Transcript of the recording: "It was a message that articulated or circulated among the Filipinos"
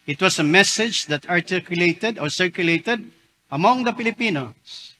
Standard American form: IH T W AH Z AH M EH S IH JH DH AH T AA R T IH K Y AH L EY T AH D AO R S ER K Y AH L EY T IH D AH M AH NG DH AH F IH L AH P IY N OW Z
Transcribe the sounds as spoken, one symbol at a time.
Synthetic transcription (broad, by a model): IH T W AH S AH M EH S IH JH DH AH T AA R T IH K Y AH L EY T AH D AO R S ER K Y AH L EY T IH D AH M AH NG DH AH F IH L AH P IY N OW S